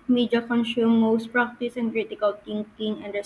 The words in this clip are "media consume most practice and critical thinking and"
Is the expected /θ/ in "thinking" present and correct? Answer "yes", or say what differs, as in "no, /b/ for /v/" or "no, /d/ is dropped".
no, /t/ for /θ/